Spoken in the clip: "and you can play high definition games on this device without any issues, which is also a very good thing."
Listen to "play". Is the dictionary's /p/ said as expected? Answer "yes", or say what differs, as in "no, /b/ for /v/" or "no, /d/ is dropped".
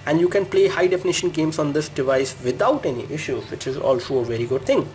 yes